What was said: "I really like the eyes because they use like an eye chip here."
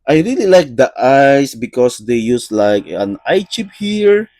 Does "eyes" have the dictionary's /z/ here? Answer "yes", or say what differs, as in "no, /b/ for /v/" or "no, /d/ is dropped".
no, /s/ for /z/